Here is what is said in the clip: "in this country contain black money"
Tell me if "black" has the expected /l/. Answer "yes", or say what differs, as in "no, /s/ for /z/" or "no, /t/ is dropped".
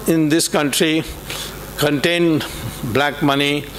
yes